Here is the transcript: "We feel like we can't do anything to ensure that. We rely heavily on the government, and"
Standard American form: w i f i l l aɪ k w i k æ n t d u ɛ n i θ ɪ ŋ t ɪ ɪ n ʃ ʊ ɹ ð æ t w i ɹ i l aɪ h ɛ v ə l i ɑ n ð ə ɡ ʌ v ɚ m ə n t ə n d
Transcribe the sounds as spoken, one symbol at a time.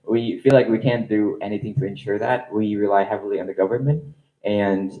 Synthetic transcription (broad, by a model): w i f i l l aɪ k w i k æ n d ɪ ɛ n i θ ɪ ŋ t ɪ ɪ n ʃ ʊ ɹ ð æ t w i ɹ i l aɪ h ɛ v l i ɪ n ð ə ɡ ʌ v ɚ m ə n t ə n